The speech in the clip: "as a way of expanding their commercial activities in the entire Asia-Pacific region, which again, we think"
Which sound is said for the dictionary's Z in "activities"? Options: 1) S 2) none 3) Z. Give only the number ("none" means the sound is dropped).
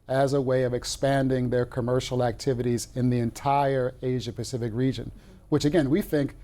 3